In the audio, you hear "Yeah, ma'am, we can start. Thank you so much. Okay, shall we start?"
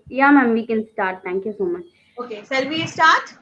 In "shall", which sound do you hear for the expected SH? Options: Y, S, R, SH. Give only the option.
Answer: S